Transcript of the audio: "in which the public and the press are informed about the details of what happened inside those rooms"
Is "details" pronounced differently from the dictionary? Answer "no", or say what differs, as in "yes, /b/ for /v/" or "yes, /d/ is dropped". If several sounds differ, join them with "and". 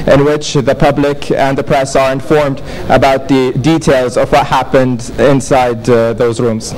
no